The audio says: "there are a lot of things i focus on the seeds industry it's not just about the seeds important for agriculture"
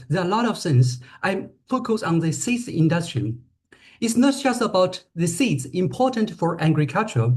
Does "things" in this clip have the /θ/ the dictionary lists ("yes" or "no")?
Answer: no